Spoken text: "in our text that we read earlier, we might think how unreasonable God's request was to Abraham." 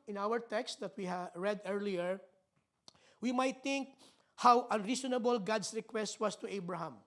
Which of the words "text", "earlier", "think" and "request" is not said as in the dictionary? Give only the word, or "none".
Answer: think